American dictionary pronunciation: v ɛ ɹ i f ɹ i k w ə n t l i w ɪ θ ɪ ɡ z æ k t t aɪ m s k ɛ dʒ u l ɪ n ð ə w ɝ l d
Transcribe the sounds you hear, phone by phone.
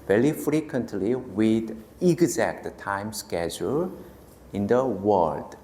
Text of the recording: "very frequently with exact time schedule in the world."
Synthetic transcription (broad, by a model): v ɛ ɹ i f ɹ i k w ə n t l i w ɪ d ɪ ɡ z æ k t t aɪ m s k ɛ dʒ u l ɪ n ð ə w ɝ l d